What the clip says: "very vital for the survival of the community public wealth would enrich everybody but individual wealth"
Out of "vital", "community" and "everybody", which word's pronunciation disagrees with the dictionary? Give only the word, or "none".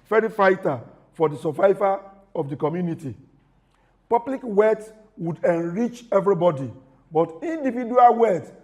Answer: vital